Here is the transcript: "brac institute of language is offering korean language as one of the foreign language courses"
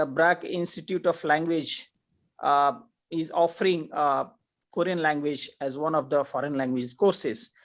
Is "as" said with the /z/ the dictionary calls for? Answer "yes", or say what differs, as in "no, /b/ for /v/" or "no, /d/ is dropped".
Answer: yes